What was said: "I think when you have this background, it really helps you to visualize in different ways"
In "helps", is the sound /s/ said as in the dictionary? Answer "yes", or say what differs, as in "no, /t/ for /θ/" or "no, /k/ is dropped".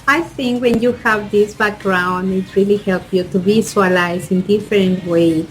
no, /s/ is dropped